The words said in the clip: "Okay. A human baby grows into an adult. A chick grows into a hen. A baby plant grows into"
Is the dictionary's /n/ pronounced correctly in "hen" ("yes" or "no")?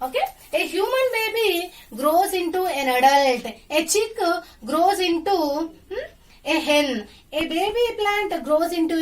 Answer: no